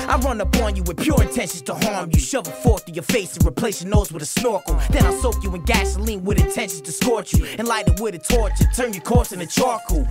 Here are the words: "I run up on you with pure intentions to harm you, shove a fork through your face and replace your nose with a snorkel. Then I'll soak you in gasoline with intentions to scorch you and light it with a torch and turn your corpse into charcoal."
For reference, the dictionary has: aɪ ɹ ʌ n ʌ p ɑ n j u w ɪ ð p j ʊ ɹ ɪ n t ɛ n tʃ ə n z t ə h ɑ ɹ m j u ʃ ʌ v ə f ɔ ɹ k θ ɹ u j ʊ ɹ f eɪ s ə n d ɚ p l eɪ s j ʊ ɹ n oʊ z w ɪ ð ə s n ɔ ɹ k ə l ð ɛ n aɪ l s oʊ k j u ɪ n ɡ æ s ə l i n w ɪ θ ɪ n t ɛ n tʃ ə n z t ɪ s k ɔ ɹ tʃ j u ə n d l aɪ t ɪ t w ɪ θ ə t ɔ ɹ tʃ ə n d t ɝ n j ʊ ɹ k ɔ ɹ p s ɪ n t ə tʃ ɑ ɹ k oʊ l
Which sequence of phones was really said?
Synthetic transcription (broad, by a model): aɪ ɹ ʌ n ʌ p ɑ n j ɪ w ɪ ð p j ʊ ɹ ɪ n t ɛ n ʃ n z t ə h ɑ ɹ m j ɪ ʃ ʌ v ə f ɔ ɹ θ ɪ j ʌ ɹ f eɪ s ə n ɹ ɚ p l eɪ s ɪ n oʊ z w ɪ ð ə s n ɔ ɹ k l ð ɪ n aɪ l s oʊ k j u ɪ n ɡ æ s ə l i n w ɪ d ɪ n t ɛ n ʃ n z t ɪ s k ɔ ɹ tʃ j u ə n l aɪ t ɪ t w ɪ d ə t ɔ ɹ tʃ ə t ɝ n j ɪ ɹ k ɔ ɹ s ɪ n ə tʃ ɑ ɹ k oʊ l